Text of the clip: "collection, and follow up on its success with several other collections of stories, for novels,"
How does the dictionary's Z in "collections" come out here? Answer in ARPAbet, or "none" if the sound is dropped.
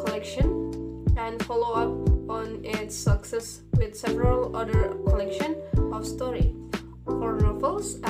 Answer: none